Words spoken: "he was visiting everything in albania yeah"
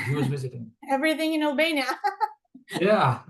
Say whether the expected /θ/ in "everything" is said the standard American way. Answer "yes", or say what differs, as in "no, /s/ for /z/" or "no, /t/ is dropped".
yes